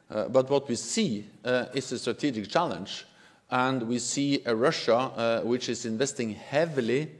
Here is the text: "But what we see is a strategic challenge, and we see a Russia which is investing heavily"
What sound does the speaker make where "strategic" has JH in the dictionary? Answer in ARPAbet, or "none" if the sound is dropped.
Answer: JH